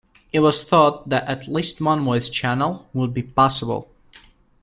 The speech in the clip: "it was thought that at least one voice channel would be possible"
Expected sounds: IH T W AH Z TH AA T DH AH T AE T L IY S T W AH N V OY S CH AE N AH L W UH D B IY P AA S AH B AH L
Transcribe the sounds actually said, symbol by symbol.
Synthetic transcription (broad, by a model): IH T W AH Z TH AA T DH AH T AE T L IY S T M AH N W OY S CH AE N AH L W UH D B IY P AA S AH B AH L